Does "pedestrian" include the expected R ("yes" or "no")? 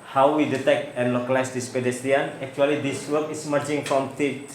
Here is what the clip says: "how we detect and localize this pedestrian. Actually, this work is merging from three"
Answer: no